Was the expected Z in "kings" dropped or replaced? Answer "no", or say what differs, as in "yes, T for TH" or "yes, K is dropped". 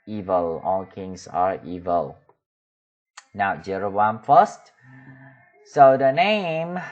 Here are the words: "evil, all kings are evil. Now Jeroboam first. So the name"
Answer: yes, S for Z